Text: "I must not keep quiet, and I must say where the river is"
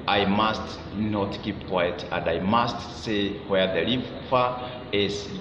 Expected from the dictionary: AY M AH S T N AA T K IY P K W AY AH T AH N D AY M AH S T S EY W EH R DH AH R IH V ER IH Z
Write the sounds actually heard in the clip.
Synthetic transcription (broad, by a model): AY M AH S T N AA T K IY P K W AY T AH N D AY M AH S T S EY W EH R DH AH L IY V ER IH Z